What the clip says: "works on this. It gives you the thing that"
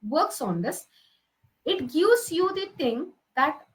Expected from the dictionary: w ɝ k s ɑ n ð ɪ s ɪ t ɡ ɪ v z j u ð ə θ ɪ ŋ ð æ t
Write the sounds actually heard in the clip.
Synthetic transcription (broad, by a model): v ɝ k s ɑ n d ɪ s ɪ t ɡ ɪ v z j u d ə t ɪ ŋ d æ t